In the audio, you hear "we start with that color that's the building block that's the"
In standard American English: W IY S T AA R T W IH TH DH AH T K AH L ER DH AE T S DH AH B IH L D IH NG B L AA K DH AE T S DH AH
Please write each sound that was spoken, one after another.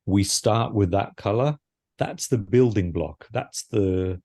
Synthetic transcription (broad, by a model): W IY S T AA R T W IH DH AH T K AH L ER DH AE T S DH AH B IH L D IH NG B L AA K DH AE T S DH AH